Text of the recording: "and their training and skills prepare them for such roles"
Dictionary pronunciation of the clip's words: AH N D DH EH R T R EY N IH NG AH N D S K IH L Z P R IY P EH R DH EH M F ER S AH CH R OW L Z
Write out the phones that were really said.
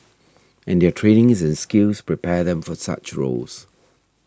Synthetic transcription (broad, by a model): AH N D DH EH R T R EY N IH NG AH N S K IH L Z P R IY P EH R DH EH M F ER S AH CH R OW L Z